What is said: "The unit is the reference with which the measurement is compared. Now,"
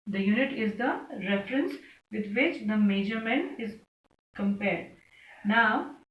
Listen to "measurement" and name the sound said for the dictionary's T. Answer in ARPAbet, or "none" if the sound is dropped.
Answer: none